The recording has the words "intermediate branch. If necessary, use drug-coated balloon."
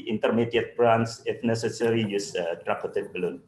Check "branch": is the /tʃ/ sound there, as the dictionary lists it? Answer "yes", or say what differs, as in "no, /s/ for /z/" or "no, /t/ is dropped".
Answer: no, /s/ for /tʃ/